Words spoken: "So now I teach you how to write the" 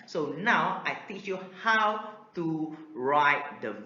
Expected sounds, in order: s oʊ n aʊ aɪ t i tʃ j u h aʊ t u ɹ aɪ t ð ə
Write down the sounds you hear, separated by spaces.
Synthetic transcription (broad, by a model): s oʊ n aʊ aɪ t i tʃ j u h aʊ t u ɹ aɪ t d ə